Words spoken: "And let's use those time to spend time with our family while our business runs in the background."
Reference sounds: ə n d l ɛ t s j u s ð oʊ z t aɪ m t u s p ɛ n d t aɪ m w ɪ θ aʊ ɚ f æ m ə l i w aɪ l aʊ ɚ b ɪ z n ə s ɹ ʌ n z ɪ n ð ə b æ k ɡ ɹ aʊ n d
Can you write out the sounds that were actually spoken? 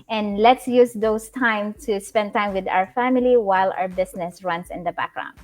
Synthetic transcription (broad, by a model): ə n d l ɛ t s j u s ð oʊ s t aɪ m t u s p ɛ n d t aɪ m w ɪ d aʊ ɚ f æ m ə l i w aɪ l aʊ ɚ b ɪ s n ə s ɹ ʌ n s ɪ n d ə b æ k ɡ ɹ aʊ n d